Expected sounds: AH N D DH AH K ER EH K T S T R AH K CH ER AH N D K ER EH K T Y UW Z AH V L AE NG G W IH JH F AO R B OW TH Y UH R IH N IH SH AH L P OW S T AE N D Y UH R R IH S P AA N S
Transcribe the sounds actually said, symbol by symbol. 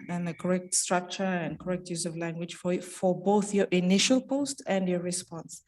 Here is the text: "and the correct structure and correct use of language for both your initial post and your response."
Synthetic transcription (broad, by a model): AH N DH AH K ER EH K T S T R AH K CH ER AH N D K ER EH K T Y UW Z AH V L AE NG G W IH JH F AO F B OW TH Y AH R IH N IH SH AH L P OW S T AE N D Y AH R R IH S P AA N S